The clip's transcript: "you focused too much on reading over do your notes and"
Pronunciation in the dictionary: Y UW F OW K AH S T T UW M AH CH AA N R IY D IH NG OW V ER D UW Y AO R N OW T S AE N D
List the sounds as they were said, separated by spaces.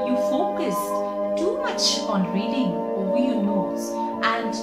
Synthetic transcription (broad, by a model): Y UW F OW K AH S T T UW M AH CH AA N R IY D IH NG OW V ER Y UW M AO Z T AE N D